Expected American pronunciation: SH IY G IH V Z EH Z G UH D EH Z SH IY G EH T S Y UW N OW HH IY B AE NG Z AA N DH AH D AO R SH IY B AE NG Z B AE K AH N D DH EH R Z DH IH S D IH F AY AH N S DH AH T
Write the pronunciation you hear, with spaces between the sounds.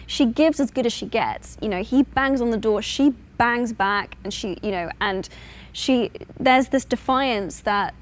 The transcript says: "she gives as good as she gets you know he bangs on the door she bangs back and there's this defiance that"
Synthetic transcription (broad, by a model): SH IY G IH V Z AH Z G UH D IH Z SH IY G EH T S Y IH N OW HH IY B AE NG Z N DH AH D AO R SH IY B AE NG Z B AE K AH N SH DH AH R Z DH IH S D IH F AY AH N S DH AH T